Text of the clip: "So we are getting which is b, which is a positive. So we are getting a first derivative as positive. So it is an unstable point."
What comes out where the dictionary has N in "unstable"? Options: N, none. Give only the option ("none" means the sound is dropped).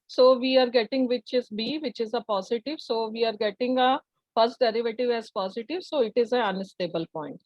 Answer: none